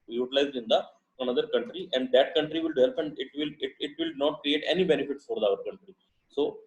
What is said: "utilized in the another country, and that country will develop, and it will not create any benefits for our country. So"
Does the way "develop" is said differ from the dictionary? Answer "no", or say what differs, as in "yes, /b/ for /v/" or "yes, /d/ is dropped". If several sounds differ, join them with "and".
yes, /p/ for /v/